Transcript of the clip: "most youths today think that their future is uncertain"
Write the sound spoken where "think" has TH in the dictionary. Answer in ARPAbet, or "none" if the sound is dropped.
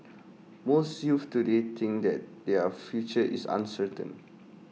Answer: T